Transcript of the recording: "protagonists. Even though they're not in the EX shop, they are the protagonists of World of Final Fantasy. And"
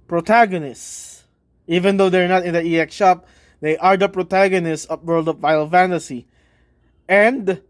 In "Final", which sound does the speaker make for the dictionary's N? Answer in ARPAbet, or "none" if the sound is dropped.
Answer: none